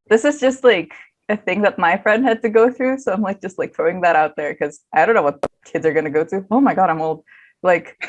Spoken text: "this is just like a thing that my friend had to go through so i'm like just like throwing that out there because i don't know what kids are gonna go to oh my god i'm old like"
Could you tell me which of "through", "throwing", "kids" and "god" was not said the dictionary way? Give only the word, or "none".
throwing